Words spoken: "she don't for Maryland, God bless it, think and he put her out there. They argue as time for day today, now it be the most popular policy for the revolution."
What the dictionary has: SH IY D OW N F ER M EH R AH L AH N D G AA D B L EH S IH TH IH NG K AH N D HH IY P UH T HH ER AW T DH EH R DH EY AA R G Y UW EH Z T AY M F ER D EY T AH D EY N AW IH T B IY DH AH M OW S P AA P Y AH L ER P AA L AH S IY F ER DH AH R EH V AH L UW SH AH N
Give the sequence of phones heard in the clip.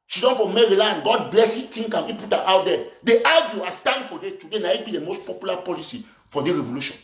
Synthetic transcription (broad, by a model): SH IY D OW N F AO M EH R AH L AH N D G AA D B L EH S IH T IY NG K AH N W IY P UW T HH AW T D EH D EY AA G Y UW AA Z T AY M F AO D EY T AH D EY N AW IH T B IY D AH M OW S P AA P Y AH L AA P AA L AH S IY F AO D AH R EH V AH L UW SH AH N